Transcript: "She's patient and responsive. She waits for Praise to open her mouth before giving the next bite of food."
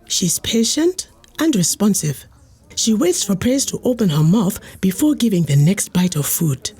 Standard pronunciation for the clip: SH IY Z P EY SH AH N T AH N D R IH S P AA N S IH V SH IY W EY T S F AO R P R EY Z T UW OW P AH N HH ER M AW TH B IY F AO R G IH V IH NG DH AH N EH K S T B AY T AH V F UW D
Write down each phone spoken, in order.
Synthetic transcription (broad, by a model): SH IY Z P EY SH AH N T AH N D R IH S P AA N S IH V SH IY W EY T S F AO R P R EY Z T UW OW P AH N HH ER M AW TH B IY F AO R G IH V IH NG DH AH N EH K S T B AY T AH V F UW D